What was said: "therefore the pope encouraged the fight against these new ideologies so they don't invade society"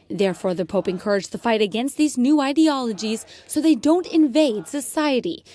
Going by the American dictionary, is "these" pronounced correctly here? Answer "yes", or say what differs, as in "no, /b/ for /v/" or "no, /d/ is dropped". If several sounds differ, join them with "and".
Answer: yes